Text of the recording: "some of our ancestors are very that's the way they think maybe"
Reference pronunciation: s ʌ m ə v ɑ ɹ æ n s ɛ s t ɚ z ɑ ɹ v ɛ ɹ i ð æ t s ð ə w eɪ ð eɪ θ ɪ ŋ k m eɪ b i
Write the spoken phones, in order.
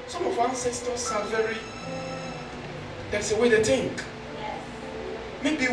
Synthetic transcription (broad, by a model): s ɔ m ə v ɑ n s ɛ s t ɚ s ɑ l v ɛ ɹ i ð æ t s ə w eɪ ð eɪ t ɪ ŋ k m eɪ b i